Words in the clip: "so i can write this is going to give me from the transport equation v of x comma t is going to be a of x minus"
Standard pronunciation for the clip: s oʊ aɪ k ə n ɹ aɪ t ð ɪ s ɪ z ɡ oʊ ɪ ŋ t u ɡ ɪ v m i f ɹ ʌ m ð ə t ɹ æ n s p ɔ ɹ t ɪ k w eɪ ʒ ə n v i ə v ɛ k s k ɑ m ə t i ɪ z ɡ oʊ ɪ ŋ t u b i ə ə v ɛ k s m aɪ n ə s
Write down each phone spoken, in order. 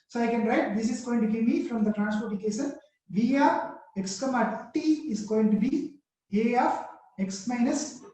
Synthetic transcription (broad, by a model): s oʊ aɪ k ə n ɹ aɪ t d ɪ s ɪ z ɡ oʊ ɪ ŋ t u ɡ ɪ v m i f ɹ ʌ m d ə t ɹ æ n s p ɔ ɹ t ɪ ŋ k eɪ s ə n v i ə ɛ k s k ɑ m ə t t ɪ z ɡ oʊ ɪ ŋ t u b i ə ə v ɛ k s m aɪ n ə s